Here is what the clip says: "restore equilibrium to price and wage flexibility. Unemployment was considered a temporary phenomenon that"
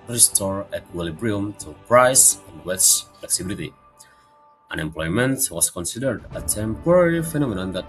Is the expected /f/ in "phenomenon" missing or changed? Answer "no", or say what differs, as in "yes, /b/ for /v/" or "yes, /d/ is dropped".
no